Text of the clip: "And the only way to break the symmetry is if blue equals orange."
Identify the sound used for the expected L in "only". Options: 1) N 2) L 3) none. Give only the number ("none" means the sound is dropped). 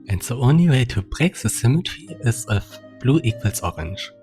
2